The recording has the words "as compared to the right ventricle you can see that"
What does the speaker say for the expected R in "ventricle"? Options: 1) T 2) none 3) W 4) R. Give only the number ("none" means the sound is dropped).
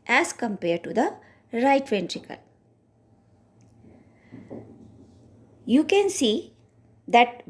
4